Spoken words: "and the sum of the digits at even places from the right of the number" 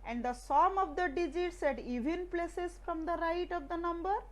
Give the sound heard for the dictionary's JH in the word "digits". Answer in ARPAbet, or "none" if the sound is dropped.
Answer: JH